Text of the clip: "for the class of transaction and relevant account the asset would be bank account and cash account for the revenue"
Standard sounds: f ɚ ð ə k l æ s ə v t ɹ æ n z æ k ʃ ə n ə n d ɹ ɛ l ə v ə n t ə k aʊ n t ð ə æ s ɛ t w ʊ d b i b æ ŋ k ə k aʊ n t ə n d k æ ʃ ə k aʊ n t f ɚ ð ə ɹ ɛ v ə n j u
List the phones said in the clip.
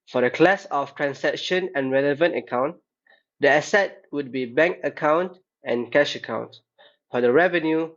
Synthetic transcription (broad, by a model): f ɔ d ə k l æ s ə f t ɹ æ n s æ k ʃ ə n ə n ɹ ɛ l ə v ə n t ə k aʊ n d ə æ s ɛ t w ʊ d b i b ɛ ŋ k ə k aʊ n t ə n k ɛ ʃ ə k aʊ n t f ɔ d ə ɹ ɛ v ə n j u